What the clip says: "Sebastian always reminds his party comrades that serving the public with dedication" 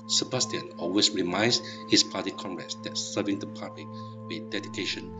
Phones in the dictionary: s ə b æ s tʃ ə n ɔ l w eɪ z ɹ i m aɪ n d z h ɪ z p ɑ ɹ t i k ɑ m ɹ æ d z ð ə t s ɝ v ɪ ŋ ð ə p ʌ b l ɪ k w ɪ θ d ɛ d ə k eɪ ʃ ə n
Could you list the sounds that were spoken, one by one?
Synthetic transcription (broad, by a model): s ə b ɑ s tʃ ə n ɔ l w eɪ s ɹ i m aɪ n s h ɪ s p ɑ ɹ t i k ɑ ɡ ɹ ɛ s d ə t s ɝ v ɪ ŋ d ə p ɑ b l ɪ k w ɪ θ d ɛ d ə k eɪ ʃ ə n